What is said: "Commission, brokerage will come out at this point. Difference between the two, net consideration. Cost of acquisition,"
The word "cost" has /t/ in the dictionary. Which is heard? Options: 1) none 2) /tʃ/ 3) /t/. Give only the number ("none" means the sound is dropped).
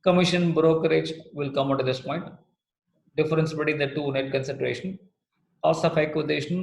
1